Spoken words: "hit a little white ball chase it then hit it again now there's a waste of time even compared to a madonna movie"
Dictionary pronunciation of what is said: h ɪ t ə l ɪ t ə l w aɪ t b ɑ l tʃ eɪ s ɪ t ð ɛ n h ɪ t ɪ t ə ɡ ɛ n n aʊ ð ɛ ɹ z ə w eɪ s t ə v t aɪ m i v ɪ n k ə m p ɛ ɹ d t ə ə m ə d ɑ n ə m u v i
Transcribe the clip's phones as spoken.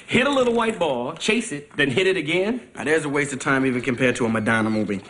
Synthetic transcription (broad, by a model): h ɪ t ə l ɪ t l w aɪ t b ɑ l tʃ eɪ s ɪ t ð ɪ n h ɪ t ɪ t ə ɡ ɛ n n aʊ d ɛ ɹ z ə w eɪ s t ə t aɪ m i v ɪ n k ə m p ɛ ɹ d t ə ə m ə d ɑ n ə m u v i